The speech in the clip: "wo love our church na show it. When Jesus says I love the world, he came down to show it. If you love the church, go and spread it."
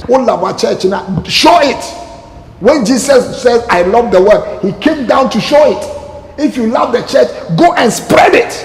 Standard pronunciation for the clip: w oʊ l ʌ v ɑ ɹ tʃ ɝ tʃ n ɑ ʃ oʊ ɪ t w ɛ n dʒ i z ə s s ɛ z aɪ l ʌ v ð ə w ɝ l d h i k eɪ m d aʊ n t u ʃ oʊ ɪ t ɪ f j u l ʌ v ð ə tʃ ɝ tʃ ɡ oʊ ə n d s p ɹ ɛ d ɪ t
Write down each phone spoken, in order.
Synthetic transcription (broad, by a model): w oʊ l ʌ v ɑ tʃ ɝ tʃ n ɑ ʃ oʊ ɪ t w ɛ n dʒ i s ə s s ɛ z aɪ l ʌ v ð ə w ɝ d h i k eɪ m d aʊ n t u ʃ oʊ ɪ t ɪ f j u l ʌ v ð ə tʃ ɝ tʃ ɡ oʊ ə n s p ɹ ɛ d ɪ t